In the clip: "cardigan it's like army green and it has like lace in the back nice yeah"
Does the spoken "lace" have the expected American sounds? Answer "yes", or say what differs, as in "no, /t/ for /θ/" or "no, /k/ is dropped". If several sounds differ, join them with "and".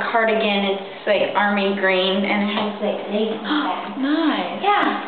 no, /s/ is dropped